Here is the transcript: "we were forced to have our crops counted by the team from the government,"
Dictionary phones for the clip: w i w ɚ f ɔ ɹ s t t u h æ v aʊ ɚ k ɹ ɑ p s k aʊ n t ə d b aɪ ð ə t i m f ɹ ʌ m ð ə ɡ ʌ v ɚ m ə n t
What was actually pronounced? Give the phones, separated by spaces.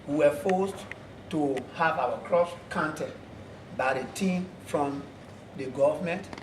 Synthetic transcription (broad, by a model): w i w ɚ f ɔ s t t u h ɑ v aʊ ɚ k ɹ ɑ s k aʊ n t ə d b aɪ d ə t i m f ɹ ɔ m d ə ɡ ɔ v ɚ m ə n t